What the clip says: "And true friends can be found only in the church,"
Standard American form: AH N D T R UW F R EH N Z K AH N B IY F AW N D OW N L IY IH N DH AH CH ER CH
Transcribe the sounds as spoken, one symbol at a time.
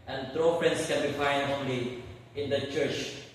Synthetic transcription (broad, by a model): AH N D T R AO P R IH N S K AH N B IY F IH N D OW N L IY IH N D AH CH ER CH